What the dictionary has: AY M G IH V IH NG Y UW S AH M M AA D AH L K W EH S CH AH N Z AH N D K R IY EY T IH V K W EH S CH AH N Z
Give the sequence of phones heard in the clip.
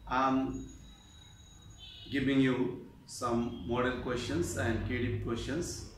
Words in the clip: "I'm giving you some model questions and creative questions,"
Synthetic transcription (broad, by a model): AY M G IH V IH NG Y UW S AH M M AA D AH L K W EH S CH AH N S AH N D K IY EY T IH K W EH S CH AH N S